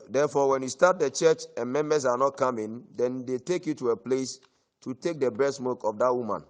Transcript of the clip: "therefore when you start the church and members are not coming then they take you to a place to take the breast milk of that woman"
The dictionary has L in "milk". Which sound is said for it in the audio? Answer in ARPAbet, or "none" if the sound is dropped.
none